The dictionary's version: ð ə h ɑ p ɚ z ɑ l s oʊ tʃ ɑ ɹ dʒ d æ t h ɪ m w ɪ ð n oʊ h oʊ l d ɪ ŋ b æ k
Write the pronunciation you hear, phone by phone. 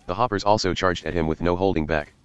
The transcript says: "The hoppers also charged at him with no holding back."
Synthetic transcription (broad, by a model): ð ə h ɑ p ɚ z ɑ l s oʊ tʃ ɑ ɹ dʒ d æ t h ɪ m w ɪ ð n oʊ h oʊ l d ɪ ŋ b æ k